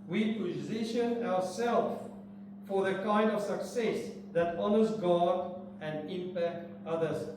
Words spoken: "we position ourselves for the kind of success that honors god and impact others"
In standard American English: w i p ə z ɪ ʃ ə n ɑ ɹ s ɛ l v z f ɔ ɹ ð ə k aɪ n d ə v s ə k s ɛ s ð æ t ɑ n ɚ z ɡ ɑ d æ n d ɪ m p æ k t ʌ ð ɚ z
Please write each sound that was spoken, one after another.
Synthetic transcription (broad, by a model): w i p ə z ɪ ʃ ə n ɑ ɹ s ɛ l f f ɔ ɹ ð ə k aɪ n d ə v s ə k s ɛ s ð æ t ɑ n ɚ z ɡ ɑ d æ n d ɪ m p æ k t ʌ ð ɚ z